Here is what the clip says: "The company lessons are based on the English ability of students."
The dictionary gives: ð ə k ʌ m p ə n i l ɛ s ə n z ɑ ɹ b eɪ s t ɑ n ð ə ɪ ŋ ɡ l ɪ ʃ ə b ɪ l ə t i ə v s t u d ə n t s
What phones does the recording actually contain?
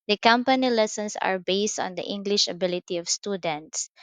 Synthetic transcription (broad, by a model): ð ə k ʌ m p ə n i l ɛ s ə n s ɑ ɹ b eɪ s t ɑ n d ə ɪ ŋ ɡ l ɪ ʃ ə b ɪ l ə t i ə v s t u d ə n t s